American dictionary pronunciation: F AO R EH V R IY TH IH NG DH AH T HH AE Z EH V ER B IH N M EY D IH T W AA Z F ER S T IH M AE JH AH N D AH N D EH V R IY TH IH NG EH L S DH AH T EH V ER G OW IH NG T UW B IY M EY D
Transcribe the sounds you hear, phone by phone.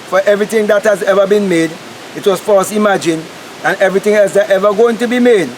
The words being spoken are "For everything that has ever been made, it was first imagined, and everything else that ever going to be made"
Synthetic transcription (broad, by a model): F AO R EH V R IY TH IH NG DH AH T HH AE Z EH V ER B IH N M EY D IH T W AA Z F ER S IH M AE JH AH N AH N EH V R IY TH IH NG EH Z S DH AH T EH V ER G OW IH NG T UW B IY M EY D